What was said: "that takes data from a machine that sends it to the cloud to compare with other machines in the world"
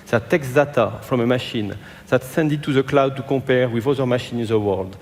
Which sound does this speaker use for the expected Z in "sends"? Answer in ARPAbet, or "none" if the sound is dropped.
none